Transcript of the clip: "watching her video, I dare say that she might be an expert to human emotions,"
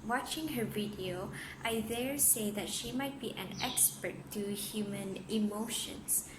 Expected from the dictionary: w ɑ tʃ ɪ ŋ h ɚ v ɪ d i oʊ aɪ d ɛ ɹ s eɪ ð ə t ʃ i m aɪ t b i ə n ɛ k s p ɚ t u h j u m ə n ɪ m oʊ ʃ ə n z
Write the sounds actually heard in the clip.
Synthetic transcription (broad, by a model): w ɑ tʃ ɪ ŋ h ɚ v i d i oʊ aɪ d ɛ ɹ s eɪ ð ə t ʃ i m aɪ t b i ə n ɛ k s p ɚ t u h j u m ə n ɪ m oʊ ʃ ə n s